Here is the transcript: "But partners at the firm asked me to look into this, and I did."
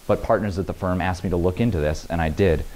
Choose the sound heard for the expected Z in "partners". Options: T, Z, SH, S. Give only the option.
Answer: Z